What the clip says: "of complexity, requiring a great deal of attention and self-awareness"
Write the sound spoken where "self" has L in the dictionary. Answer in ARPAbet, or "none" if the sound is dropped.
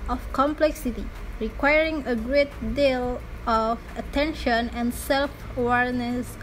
L